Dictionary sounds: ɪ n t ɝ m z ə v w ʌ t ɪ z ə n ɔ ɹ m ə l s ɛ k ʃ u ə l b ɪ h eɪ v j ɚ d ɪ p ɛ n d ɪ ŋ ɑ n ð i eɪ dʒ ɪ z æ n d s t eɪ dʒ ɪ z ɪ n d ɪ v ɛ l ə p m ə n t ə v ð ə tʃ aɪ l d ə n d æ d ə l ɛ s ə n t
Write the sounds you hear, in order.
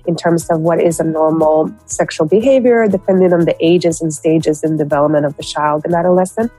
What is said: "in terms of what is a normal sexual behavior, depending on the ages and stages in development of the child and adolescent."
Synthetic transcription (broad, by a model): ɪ n t ɝ m z ə v w ʌ t ɪ z ə n ɔ ɹ m l s ɛ k ʃ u l b ɪ h eɪ v j ɚ d ɪ p ɛ n d ɪ ŋ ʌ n ð i eɪ dʒ ɪ z n s t eɪ dʒ ɪ z ɪ n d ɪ v ɛ l ə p m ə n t ə v ð ə tʃ aɪ l d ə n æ d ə l ɛ s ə n